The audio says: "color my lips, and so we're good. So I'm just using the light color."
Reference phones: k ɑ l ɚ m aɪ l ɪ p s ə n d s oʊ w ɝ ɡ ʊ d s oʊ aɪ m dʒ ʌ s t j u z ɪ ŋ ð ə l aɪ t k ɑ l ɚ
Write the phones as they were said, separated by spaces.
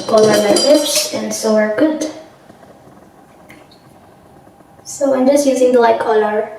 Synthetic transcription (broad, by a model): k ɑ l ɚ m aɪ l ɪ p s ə n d s oʊ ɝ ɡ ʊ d s oʊ aɪ m dʒ ʌ s t j u z ɪ ŋ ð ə l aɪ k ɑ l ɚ